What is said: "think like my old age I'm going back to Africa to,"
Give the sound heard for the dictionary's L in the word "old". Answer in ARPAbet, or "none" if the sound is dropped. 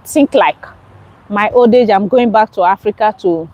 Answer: L